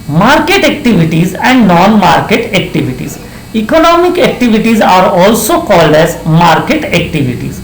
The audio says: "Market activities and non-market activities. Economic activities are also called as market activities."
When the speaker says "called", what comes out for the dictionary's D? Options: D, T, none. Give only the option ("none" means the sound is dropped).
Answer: D